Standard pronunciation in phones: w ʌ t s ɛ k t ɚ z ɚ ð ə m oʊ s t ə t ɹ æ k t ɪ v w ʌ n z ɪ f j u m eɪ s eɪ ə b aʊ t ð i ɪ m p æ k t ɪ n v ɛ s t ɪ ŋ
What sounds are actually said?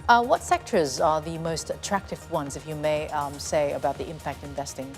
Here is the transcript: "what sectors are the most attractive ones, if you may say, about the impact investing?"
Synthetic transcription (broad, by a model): w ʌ t s ɛ k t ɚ z ɚ ð ə m oʊ s t ə t ɹ æ k t ɪ v w ʌ n z ɪ f j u m eɪ s eɪ ə b aʊ t ð i ɪ m p æ k t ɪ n v ɛ s t ɪ ŋ